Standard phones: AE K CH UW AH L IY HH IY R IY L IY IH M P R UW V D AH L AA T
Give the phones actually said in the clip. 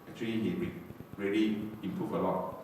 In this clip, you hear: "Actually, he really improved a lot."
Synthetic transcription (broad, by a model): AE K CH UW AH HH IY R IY R IY L IY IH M P R UW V AH L AA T